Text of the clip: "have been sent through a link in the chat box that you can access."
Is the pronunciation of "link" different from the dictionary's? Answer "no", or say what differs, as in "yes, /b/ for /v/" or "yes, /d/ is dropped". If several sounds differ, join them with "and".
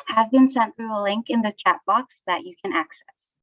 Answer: no